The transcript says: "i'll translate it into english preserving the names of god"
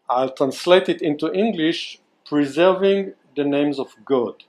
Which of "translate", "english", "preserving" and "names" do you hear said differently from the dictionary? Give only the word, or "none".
none